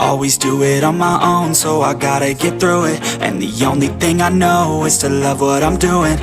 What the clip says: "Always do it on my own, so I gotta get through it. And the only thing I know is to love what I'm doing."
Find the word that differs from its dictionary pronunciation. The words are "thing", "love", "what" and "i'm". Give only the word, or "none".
none